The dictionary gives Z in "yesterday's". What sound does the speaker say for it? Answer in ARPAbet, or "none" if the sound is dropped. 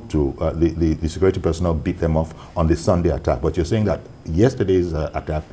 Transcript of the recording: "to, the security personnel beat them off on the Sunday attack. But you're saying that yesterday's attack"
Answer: Z